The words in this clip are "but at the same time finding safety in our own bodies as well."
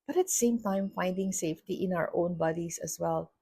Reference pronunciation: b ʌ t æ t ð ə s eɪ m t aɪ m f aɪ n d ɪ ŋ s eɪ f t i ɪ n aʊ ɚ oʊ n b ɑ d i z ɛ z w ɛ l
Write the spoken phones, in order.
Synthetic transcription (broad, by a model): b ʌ t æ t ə s eɪ m t aɪ m f aɪ n d ɪ ŋ s eɪ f t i ɪ n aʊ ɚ oʊ n b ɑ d i s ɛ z w ɛ l